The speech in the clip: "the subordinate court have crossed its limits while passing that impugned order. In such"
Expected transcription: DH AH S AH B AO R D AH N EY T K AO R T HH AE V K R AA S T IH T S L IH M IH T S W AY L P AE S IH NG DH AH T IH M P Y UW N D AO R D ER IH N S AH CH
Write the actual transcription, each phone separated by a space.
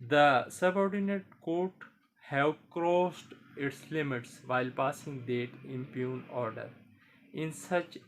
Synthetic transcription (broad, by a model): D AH S AH B AO R D AH N EY T K AO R T HH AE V K R AA S T IH T S L IH M IH T S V AY L P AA S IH NG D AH T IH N P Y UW N AO R D ER IH N S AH CH